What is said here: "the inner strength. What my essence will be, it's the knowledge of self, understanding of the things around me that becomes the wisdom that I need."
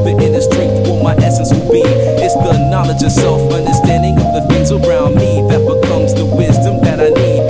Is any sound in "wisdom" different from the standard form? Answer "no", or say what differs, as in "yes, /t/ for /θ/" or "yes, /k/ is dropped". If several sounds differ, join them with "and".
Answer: no